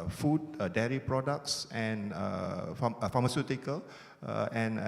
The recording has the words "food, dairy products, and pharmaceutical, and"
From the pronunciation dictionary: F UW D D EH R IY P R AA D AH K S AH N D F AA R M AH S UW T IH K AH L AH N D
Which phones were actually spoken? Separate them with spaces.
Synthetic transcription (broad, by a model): F UW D D EH R IY P R AA D AH K S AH N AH F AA M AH S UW T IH K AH L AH N